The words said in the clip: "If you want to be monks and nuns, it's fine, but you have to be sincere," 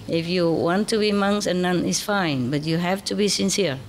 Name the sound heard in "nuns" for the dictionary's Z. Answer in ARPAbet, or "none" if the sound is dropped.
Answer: none